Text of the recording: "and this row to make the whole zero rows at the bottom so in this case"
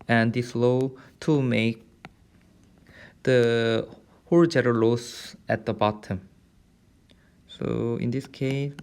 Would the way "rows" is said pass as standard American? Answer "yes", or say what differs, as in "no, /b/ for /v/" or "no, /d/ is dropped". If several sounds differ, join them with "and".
no, /l/ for /ɹ/